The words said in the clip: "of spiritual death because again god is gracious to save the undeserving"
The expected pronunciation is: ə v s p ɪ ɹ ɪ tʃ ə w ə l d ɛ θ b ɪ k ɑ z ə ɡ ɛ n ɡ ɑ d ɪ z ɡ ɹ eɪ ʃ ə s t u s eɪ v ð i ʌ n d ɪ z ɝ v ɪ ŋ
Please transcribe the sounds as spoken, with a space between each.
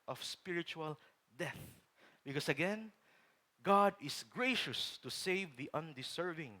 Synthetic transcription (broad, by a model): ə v s p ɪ ɹ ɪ tʃ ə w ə l d ɛ θ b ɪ k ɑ s ə ɡ ɛ n ɡ ɑ d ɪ s ɡ ɹ eɪ ʃ ə s t u s eɪ v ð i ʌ n d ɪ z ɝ v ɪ ŋ